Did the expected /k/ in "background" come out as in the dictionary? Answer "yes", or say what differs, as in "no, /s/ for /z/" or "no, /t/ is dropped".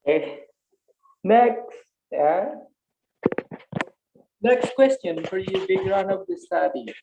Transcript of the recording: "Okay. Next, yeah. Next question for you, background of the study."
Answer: no, /k/ is dropped